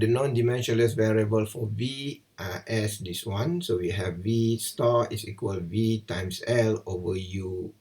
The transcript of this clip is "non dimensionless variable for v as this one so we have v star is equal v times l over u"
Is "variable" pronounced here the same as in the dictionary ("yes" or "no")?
yes